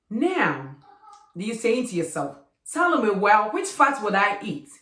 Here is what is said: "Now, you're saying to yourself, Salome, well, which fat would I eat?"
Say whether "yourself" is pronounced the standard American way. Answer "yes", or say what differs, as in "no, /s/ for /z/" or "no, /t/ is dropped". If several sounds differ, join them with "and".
yes